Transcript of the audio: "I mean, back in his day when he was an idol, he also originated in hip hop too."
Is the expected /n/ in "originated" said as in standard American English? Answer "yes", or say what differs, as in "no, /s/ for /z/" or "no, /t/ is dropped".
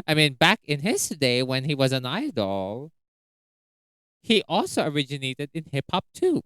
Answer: yes